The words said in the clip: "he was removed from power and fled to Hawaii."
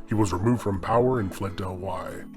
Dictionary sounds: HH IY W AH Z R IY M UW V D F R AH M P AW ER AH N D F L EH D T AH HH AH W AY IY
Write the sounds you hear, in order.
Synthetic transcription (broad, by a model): HH IY W AH Z R IY M UW V D F R AH M P AW ER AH N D F L EH D T AH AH W AY